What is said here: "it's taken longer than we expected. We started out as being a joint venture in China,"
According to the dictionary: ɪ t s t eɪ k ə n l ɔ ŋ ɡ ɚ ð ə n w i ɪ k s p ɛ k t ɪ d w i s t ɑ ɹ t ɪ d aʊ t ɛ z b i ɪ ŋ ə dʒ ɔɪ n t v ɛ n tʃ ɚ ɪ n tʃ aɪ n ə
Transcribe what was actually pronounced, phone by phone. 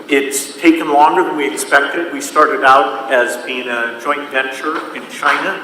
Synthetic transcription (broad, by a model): ɪ t s t eɪ k ə n l ɔ ŋ ɡ ɚ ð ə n w i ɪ k s p ɛ k t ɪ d w i s t ɑ ɹ t ɪ d aʊ t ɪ z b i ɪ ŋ ə dʒ ɔɪ n t v ɛ n tʃ ɚ ɪ n tʃ aɪ n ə